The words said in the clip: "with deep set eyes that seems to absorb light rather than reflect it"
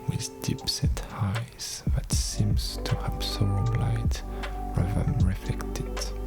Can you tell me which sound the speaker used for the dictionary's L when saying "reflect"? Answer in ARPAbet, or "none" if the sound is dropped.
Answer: none